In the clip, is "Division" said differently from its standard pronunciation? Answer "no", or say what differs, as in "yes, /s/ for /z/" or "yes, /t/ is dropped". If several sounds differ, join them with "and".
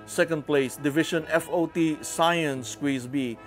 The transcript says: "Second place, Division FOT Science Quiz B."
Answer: yes, /ʃ/ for /ʒ/